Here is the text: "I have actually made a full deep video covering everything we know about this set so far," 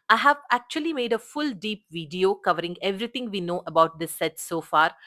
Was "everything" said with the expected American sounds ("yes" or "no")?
no